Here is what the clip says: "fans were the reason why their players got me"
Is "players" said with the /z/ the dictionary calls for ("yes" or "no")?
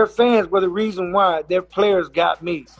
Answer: yes